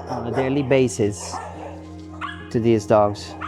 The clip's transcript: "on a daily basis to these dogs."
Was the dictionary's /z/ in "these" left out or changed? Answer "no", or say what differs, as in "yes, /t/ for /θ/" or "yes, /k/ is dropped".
no